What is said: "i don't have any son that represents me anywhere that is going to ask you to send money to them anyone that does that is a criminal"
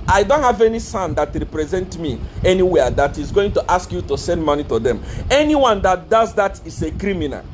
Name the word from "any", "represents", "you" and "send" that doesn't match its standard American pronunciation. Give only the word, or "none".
represents